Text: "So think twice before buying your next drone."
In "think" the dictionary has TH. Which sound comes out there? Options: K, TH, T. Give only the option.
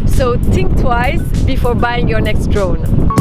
T